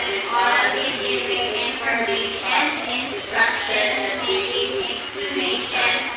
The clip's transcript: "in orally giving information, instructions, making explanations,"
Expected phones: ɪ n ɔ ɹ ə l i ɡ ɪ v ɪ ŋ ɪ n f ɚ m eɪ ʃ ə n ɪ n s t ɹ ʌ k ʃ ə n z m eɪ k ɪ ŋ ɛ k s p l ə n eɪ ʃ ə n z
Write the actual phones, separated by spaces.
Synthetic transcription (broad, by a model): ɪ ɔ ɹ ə i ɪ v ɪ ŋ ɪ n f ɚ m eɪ ə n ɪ n s t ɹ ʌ k ʃ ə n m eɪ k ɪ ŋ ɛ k s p l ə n eɪ ʃ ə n